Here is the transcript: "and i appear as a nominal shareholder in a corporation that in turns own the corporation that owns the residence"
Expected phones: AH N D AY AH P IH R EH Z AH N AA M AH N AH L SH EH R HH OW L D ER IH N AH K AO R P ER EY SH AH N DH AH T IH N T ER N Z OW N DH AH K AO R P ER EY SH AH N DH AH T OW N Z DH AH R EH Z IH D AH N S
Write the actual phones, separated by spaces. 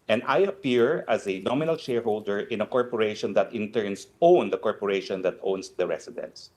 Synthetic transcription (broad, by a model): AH N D AY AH P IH R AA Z AH N AA M AH N AH L SH EH R HH OW L D ER IH N AH K AO R P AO EY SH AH N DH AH T IH N T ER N S OW N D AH K AO R P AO EY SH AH N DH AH T OW N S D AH R EH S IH D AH N S